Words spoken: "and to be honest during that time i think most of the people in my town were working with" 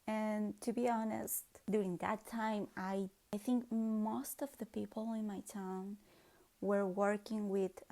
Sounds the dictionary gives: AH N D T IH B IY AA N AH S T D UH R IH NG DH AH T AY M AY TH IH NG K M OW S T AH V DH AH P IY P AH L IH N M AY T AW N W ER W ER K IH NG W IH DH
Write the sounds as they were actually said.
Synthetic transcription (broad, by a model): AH N T IH B IY AA N AH S T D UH R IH NG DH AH T AY M AY TH IH NG K M OW S T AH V DH AH P IY P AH L IH N M AY T AW N W ER W ER K IH NG W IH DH